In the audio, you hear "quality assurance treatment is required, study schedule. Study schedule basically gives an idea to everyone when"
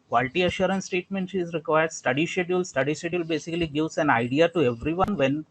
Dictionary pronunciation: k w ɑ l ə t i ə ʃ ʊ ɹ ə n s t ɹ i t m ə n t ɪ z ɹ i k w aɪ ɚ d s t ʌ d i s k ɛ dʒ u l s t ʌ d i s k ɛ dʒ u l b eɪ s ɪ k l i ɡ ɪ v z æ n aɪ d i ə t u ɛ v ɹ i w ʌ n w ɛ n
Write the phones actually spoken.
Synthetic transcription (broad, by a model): k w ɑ l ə t i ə ʃ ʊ ɹ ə n s t ɛ t m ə n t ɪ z ɹ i k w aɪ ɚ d s t ʌ d i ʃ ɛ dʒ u l s t ʌ d i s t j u l b eɪ s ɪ k l i ɡ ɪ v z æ n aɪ d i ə t u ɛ v ɹ i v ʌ n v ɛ n